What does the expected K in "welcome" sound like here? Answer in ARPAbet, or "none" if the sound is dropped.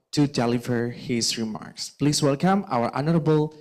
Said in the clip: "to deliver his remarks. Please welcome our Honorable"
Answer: K